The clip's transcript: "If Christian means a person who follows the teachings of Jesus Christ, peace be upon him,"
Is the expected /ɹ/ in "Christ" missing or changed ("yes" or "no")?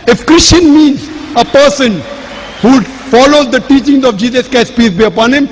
yes